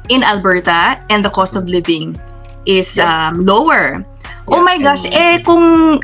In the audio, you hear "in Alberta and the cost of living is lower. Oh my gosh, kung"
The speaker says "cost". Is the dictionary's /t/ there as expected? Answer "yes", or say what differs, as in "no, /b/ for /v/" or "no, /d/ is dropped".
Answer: yes